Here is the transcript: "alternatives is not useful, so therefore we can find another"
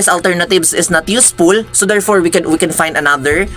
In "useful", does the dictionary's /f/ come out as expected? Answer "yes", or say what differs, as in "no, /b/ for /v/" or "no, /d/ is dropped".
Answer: no, /p/ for /f/